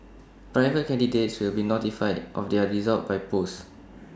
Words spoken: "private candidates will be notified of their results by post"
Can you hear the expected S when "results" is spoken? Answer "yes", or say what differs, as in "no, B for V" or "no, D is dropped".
no, S is dropped